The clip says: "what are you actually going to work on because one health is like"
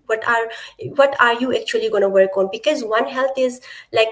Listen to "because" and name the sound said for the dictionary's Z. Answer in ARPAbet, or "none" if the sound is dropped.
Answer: Z